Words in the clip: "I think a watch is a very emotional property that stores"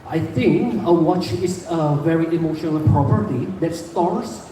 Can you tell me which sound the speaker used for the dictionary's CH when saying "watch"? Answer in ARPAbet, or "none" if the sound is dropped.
CH